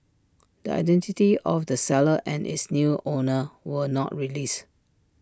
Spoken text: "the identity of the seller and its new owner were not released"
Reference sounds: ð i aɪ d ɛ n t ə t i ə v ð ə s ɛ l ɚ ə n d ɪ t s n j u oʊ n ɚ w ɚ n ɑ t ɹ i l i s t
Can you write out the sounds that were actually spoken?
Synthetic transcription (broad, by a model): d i aɪ d ɛ n t ə t i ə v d ə s ɛ l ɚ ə n ɪ t s n j u oʊ n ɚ w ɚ n ɑ t ɹ i l i s